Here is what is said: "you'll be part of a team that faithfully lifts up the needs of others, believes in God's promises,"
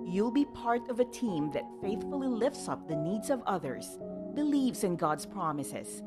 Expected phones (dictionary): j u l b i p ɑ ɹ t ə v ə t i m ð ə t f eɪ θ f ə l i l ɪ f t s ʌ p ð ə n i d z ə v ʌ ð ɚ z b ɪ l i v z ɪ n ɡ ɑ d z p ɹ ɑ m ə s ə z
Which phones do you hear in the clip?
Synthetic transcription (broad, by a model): j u l b i p ɑ ɹ t ə v ə t i m ð ə t f eɪ θ f ə l i l ɪ f t s ʌ p ð ə n i d z ə v ʌ ð ɚ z b ɪ l i v z ɪ n ɡ ɑ d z p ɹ ɑ m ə s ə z